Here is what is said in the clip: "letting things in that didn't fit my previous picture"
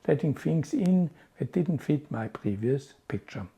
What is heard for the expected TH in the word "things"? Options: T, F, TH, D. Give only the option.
F